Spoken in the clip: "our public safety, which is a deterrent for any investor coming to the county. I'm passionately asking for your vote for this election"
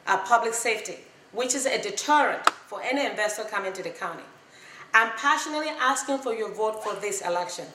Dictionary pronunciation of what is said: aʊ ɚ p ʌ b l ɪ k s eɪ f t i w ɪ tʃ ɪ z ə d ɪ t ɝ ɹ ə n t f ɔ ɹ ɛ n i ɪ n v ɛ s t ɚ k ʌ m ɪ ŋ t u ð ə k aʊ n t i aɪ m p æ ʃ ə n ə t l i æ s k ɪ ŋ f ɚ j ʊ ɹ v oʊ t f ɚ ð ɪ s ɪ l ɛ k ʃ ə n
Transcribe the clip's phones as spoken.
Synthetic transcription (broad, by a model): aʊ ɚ p ʌ b l ɪ k s eɪ f t i w ɪ tʃ ɪ z ə d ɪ t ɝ ɹ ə n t f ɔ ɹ ɛ n i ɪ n v ɛ s t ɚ k ʌ m ɪ ŋ t u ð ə k aʊ n t i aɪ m p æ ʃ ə n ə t l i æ s k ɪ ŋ f ɚ j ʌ ɹ v oʊ t f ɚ ð ɪ s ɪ l ɛ k ʃ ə n